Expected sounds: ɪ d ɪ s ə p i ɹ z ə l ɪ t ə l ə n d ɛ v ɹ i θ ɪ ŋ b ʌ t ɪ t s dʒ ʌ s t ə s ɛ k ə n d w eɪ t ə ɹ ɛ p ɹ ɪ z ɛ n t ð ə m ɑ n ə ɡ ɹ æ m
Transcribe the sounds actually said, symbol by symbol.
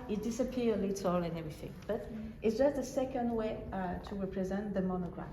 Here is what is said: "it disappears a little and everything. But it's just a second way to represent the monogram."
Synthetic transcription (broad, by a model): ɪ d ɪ s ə p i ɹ ə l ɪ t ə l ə n ɛ v ɹ i θ ɪ ŋ b ʌ t ɪ t s dʒ ʌ s t ə s ɛ k ə n d w eɪ t ə ɹ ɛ p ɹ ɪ z ɛ n ð ə m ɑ n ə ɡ ɹ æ